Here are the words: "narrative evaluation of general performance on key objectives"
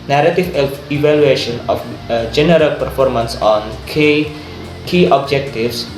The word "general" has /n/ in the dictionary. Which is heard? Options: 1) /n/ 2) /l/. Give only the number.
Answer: 1